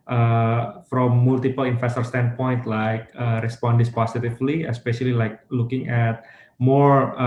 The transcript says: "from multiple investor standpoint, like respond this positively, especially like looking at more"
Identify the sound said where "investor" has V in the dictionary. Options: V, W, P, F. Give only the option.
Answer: F